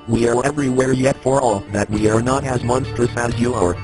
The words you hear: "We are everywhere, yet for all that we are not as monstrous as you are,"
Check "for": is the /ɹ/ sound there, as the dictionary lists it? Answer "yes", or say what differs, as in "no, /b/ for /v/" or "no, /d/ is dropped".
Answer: yes